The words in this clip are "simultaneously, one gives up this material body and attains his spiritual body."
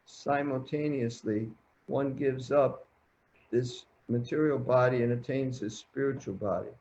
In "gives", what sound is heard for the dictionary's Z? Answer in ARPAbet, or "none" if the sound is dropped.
Z